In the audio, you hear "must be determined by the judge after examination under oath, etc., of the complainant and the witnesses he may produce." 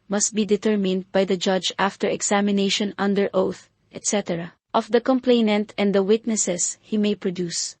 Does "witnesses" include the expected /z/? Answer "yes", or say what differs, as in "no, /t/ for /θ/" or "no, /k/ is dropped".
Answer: no, /s/ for /z/